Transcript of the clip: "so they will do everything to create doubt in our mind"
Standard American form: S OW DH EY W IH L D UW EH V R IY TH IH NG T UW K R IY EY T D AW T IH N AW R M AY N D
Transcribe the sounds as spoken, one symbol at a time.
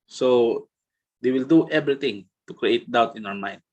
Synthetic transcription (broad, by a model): S OW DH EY W IH L D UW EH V R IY T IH NG T UW K R IY EY T D AW T IH N AW R M AY N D